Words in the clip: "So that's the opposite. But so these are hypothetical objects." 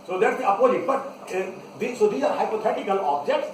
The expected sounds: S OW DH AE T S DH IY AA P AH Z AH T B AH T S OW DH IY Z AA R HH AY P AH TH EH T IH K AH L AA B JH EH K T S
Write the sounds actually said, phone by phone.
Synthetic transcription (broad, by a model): S OW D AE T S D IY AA P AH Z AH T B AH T S OW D IY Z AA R HH AY P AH T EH T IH K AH L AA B JH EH K T S